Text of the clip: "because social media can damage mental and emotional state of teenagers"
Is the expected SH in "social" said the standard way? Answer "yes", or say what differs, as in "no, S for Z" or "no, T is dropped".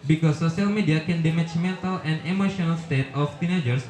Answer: no, S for SH